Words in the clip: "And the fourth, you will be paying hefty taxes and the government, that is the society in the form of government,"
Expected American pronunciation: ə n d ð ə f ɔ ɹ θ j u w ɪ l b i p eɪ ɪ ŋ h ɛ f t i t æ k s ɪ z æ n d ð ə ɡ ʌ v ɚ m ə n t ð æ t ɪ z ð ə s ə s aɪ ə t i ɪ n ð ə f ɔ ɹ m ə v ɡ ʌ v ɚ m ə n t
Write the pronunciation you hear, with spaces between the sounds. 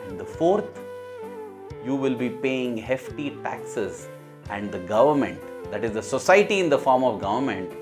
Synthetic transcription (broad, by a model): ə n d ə f ɔ ɹ t j u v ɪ l b i p eɪ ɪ ŋ h ɛ f t i t æ k s ɪ z æ n d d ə ɡ ʌ v ɚ m ə n t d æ t ɪ z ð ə s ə s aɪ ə t i ɪ n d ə f ɔ ɹ m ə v ɡ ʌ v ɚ m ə n t